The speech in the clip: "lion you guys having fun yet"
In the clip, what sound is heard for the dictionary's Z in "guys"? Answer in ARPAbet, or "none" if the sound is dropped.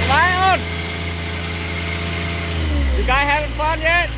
none